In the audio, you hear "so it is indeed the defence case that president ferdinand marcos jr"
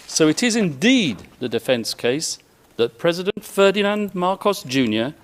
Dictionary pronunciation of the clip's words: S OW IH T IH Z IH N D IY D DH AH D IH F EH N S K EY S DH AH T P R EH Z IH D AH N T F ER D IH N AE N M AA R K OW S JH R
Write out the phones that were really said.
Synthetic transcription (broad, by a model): S OW IH T IH Z IH N D IY D DH AH D IH F EH N S K EY S DH AH T P R EH Z IH D AH N T F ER D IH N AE N M AA R K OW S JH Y